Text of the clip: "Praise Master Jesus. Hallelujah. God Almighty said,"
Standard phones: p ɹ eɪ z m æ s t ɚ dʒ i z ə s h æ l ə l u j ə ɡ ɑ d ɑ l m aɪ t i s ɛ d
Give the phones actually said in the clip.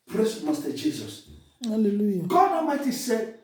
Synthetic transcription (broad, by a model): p ɹ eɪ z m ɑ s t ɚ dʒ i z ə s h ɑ l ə l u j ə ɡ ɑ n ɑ m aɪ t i s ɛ